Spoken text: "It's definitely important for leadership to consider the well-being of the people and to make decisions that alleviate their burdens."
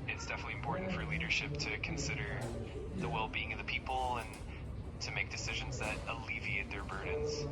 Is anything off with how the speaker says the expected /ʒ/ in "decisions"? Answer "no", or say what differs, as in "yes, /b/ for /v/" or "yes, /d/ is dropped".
no